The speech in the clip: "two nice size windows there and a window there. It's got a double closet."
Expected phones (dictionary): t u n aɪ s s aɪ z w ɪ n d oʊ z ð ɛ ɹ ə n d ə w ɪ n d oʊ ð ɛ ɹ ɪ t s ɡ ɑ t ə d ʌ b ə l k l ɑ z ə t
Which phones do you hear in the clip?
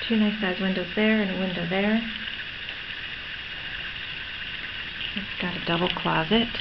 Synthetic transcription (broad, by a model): t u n aɪ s s aɪ z w ɪ n d oʊ z ð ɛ ɹ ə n ə w ɪ n d oʊ ð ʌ ɹ ɪ t s ɡ ɑ t ə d ʌ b l k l ɑ z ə t